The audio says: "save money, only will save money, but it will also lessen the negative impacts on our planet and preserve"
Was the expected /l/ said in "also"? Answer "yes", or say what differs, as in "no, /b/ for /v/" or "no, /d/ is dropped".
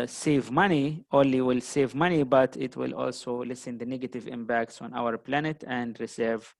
yes